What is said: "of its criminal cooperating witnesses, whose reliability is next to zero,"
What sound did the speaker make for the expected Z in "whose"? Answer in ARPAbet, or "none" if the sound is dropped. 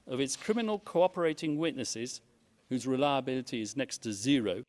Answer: Z